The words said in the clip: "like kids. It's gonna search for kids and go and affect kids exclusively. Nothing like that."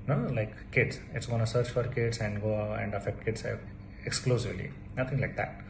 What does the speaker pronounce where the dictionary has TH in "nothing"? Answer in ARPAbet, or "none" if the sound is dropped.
T